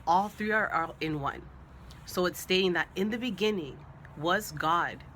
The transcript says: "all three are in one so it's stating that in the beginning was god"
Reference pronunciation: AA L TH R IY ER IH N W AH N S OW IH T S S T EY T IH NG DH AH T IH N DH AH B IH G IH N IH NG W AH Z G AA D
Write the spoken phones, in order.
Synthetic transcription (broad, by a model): AA L TH R IY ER IH N W AH N S OW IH T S S T EY T IH NG DH AH T IH N DH AH B IH G IH N IH NG W AH Z G AA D